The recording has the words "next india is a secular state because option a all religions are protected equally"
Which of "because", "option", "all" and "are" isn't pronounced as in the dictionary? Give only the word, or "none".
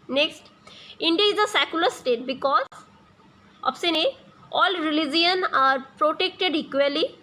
option